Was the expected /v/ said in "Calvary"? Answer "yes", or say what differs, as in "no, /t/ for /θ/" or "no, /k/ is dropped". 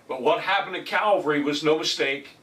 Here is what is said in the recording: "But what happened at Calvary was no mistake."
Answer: yes